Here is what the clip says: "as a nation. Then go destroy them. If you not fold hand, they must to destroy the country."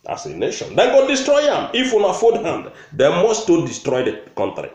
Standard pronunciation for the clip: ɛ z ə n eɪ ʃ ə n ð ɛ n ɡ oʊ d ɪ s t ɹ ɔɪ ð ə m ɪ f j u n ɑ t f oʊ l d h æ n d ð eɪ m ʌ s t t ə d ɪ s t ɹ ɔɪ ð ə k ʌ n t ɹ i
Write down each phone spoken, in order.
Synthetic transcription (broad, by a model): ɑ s ə n eɪ ʃ ə n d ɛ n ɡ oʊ d ɪ s t ɹ ɔɪ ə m ɪ f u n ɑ f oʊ d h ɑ n d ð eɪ m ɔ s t t ə d ɪ s t ɹ ɔɪ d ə k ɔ n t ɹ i